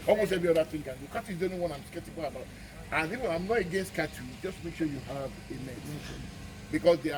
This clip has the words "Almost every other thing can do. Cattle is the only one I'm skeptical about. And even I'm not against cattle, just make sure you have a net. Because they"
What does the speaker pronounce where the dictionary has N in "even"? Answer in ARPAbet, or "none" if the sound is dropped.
none